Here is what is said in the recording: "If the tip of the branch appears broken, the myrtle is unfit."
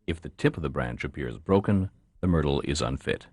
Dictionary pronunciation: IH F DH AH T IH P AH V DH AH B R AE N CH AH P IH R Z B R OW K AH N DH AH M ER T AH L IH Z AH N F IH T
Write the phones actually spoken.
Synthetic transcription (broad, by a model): IH F DH AH T IH P AH V DH AH B R AE N CH AH P IH R Z B R OW K AH N DH AH M ER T L IH Z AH N F IH T